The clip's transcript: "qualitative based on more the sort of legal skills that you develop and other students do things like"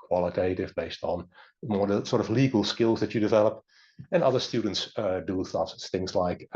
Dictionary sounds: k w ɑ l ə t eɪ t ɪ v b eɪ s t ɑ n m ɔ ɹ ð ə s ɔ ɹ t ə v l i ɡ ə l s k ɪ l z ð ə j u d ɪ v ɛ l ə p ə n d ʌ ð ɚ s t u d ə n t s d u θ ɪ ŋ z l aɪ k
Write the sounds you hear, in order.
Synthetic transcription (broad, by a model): k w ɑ l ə t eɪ t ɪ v b eɪ s t n m ɔ ɹ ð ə s ɔ ɹ t ə v l i ɡ ə l s k ɪ l z ð ə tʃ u d ɪ v ɛ l ə p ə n ʌ ð ɚ s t u d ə n t s d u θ ɪ ŋ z l aɪ k